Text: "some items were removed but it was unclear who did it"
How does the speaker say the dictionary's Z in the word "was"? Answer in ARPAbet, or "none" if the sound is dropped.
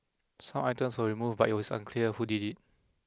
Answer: S